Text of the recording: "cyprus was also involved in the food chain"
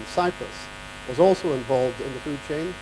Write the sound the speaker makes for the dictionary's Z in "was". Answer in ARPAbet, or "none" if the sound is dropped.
Z